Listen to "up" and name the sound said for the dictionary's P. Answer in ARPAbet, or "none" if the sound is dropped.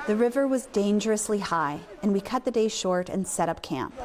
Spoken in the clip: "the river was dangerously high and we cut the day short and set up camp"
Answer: P